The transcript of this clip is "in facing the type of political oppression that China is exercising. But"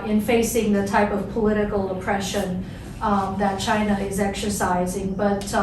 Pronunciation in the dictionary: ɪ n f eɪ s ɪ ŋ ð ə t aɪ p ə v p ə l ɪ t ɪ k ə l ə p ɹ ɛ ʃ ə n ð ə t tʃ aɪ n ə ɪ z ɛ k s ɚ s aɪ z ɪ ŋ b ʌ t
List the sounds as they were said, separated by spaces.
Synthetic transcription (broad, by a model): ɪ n f eɪ s ɪ ŋ ð ə t aɪ p ə v p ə l ɪ t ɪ k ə l ə p ɹ ɛ ʃ ə n ð ə t tʃ aɪ n ə ɪ z ɛ k s ɚ s aɪ z ɪ ŋ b ʌ t